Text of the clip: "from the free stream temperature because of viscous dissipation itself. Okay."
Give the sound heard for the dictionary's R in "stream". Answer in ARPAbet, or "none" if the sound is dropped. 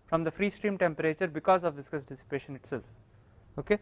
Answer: R